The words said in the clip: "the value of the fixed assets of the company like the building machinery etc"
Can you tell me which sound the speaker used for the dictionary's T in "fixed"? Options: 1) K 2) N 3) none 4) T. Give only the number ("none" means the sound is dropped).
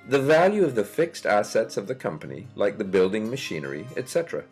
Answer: 4